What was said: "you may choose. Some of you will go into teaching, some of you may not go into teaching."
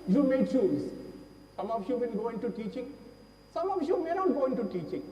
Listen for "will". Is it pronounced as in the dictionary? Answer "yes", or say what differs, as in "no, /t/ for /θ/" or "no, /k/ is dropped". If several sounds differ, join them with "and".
no, /n/ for /l/